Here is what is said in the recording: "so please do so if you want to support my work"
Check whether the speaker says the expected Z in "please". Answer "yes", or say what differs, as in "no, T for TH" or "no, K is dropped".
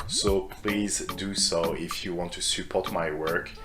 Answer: yes